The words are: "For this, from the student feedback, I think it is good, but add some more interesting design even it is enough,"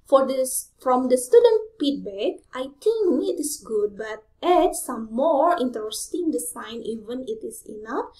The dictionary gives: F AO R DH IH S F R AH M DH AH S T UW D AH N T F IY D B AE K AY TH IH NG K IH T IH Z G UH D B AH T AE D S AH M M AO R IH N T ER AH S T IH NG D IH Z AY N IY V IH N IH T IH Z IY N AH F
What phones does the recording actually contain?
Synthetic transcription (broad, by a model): F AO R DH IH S F R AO M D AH S T UW D AH N T P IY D B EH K AY T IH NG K IH T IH S G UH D B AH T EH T S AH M M AO R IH N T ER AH S T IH NG D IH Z AY N IY V IH N IH T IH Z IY N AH F